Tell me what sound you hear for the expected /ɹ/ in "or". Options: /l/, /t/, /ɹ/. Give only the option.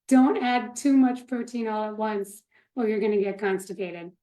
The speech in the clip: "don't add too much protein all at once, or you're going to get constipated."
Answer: /l/